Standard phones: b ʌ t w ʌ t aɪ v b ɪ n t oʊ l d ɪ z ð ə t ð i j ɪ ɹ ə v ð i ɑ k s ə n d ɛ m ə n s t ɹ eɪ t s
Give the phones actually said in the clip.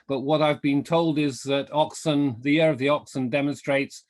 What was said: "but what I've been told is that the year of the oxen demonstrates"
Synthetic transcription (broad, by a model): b ʌ t w ʌ t aɪ v b ɪ n t oʊ l d ɪ z ð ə t ð i j ɪ ɹ ə v ð i ɑ k s ə n d ɛ m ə n s t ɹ eɪ t s